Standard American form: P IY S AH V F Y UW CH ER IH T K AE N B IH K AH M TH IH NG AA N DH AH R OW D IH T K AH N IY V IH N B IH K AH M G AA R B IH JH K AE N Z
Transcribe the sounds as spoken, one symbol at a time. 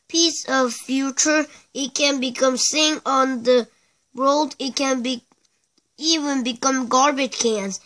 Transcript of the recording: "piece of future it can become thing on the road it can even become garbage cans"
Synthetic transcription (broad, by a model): P IY S AH V F Y UW CH ER IH T K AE N B IH K AH M S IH NG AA N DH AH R OW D IH T K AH N IY V IH N B IH K AH M G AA R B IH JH K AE N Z